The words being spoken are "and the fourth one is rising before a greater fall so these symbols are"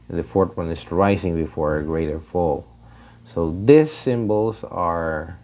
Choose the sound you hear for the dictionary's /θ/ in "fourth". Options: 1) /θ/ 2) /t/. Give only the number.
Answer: 2